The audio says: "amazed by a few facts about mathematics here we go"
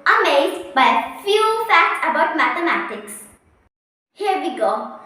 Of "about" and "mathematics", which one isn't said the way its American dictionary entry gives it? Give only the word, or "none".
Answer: none